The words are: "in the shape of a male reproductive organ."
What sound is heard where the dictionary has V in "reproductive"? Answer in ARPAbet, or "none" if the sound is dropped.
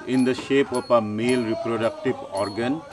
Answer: B